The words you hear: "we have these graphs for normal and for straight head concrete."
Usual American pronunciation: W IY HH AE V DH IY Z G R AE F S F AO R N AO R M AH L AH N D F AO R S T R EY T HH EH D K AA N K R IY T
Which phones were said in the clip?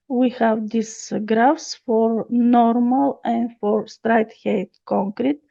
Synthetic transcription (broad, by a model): W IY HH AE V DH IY S G R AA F S F AO R N AO R M AH L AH N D F AO R S T R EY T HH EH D K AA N K R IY T